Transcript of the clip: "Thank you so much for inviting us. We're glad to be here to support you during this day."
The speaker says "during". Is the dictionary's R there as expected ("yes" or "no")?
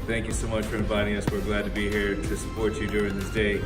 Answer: yes